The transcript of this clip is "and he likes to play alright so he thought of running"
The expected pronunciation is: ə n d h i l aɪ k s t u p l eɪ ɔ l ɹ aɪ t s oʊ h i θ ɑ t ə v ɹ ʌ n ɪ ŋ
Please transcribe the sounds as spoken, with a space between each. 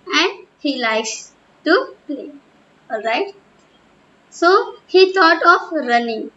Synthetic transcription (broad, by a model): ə n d h i l aɪ k s t u p l eɪ ɔ l ɹ aɪ t s oʊ h i t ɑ t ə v ɹ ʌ n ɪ ŋ